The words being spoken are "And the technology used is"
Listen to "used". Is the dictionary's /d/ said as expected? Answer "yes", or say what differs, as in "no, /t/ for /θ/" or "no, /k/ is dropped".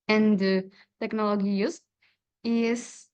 no, /d/ is dropped